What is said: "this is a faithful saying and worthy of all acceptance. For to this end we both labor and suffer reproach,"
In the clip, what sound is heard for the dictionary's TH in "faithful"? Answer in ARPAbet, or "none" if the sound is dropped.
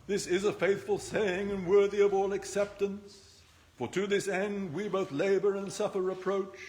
TH